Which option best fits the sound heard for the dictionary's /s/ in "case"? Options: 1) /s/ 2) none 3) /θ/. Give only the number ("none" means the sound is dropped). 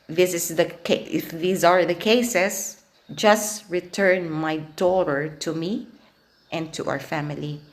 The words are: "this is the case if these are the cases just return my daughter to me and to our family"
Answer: 2